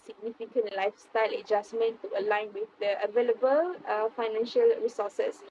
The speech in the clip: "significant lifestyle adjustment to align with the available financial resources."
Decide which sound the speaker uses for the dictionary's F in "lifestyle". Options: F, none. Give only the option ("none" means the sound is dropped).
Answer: F